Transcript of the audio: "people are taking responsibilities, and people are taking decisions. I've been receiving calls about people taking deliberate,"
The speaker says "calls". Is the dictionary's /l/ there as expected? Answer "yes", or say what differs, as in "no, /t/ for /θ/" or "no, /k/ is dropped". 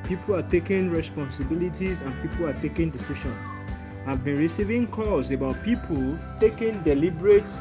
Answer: no, /l/ is dropped